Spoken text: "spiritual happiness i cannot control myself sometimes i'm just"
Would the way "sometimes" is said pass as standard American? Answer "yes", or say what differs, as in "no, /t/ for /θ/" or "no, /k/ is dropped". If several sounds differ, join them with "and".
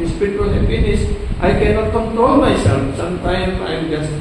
no, /z/ is dropped